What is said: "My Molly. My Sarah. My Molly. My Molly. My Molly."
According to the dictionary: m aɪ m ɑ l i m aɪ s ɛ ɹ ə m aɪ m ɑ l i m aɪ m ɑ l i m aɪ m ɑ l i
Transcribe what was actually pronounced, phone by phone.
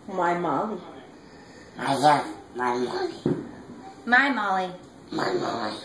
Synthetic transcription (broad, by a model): m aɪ m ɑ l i m aɪ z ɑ ə m aɪ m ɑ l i m aɪ m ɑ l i m aɪ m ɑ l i